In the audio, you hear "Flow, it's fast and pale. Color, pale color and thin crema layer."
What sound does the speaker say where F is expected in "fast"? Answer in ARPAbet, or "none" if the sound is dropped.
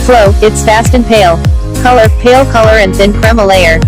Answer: F